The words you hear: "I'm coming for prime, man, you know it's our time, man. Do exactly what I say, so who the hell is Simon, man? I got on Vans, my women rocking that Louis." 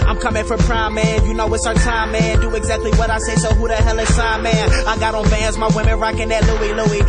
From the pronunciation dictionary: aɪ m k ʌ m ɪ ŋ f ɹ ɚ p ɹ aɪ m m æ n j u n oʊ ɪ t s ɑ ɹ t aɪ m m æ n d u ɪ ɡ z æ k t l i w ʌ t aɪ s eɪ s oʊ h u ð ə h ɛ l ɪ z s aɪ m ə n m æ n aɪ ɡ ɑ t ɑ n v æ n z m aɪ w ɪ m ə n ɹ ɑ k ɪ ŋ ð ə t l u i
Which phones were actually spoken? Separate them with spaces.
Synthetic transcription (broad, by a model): aɪ m k ʌ m ɪ ŋ f ɹ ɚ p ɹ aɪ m m æ n j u n oʊ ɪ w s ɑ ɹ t aɪ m m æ n d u ɪ ɡ z æ k t l i w ʌ t aɪ s eɪ s oʊ h u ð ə h ɛ l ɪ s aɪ ə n m æ n aɪ ɡ ɑ t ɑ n b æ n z m aɪ w ɪ m ə n ɹ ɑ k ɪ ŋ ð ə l l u i